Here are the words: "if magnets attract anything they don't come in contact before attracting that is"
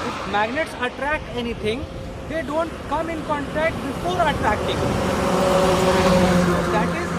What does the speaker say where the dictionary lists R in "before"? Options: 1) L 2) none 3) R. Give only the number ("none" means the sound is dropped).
1